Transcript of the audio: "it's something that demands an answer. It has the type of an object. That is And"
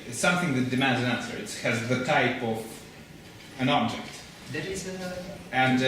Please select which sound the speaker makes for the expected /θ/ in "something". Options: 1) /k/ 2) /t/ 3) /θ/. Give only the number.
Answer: 3